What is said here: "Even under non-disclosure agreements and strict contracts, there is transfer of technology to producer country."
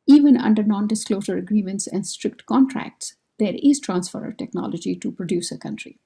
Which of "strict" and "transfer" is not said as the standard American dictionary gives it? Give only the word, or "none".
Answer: none